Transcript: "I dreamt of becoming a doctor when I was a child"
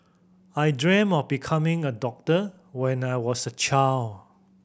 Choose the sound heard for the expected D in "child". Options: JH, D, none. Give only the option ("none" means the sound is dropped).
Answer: none